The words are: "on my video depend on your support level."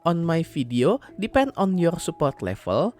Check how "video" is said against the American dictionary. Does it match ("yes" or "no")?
no